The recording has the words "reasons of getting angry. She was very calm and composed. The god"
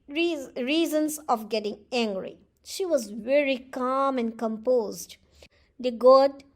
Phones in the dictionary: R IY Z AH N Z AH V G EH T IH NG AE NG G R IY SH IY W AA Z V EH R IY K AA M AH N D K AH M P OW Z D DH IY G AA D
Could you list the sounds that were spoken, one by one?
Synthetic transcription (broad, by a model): R IY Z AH N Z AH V G EH T IH NG AE NG G R IY SH IY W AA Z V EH R IY K AA M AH N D K AH M P OW Z D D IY G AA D